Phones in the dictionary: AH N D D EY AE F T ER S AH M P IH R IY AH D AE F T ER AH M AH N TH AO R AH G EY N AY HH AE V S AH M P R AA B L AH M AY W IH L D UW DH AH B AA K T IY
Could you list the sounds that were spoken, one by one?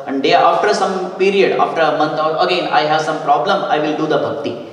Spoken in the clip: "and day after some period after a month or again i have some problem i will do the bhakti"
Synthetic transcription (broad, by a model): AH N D D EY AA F T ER S AH M P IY R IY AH D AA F T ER AH M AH N T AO L AH G EY N AY HH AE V S AH M P R AA B L AH M AY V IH L D UW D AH B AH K T IY